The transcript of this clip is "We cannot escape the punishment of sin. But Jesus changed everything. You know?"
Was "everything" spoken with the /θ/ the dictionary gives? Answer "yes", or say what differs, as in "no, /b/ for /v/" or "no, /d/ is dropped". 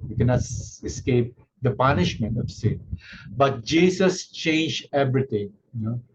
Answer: no, /t/ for /θ/